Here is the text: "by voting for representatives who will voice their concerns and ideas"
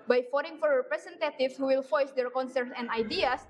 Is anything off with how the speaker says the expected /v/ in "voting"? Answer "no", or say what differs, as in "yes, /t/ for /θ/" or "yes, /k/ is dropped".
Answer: yes, /f/ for /v/